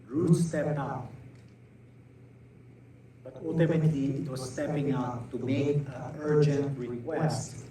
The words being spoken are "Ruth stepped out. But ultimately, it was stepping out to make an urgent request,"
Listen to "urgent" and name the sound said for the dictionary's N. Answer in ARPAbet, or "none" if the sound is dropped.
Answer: N